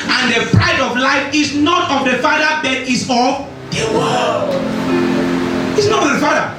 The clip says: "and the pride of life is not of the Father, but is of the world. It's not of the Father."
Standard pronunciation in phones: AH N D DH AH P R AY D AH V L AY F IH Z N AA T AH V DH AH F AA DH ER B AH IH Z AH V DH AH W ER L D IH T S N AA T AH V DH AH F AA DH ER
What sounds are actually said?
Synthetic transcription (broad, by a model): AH N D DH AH P R AY D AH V L AY F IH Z N AA T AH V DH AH F AA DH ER B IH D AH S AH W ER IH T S N AA T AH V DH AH F AA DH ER